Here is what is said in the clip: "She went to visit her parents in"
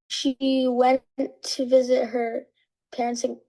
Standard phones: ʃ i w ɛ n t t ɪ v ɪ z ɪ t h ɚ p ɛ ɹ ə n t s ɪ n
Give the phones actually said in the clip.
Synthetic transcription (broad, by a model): ʃ i w ɛ n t t ɪ v ɪ z ɪ t h ɚ p ɛ ɹ ə n t s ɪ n